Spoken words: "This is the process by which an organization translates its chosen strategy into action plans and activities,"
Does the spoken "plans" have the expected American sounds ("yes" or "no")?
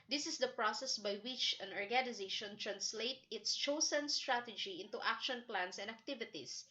no